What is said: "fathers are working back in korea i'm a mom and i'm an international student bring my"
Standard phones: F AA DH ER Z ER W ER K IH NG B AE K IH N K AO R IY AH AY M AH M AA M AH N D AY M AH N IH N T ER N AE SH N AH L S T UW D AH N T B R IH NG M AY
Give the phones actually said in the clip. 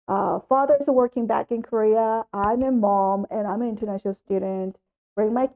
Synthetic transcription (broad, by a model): F AA DH ER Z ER W ER K IH NG B AE K IH N K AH R IY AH AY M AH M AA M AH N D AY M AH N IH N T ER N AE SH N L S T UW D N T B R IH NG M AY